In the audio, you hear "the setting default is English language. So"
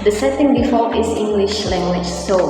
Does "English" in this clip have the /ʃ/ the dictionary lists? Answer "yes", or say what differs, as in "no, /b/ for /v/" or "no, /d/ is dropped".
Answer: yes